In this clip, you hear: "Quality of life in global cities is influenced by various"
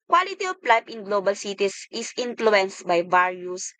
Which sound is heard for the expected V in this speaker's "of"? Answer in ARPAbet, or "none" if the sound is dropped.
P